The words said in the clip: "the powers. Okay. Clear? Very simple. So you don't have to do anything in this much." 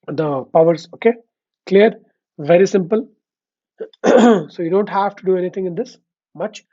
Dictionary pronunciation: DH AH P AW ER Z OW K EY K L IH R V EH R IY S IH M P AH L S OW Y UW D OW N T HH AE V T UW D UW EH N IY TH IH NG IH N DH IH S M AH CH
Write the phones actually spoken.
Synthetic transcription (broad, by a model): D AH P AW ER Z OW K EY K L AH R V EH R IY S IH M P AH L S OW Y UW D OW N T HH AE V T UW D UW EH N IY T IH NG IH N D IH S M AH CH